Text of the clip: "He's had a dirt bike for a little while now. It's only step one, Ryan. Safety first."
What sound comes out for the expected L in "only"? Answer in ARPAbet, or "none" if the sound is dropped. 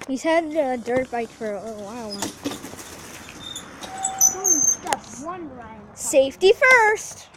none